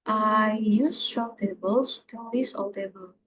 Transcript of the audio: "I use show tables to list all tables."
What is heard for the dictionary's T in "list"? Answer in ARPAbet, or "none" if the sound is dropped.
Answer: none